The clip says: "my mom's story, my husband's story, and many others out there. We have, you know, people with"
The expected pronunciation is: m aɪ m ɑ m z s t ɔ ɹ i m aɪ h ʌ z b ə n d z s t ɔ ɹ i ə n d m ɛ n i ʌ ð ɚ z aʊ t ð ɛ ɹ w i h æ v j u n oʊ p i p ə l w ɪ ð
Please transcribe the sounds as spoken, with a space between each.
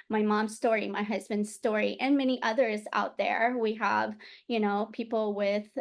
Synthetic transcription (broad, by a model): m aɪ m ɑ m z s t ɔ ɹ i m aɪ h ʌ z b ə n d z s t ɔ ɹ i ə n m ɛ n i ʌ ð ɚ z aʊ t ð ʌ ɹ w i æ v j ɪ n oʊ p i p l w ɪ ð